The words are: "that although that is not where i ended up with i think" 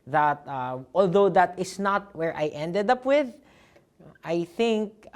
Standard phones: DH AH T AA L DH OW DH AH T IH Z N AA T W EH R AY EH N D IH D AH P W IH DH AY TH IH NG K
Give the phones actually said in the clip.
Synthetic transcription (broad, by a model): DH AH T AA L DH OW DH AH T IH S N AA T W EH R AY EH N D IH D AH P W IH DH AY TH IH NG K